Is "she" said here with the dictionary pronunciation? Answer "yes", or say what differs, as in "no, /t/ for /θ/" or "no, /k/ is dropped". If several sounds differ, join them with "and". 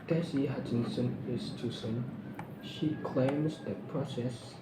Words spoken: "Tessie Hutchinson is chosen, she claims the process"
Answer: yes